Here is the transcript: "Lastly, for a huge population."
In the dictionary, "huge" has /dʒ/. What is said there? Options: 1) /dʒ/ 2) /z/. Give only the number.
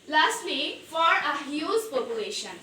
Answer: 2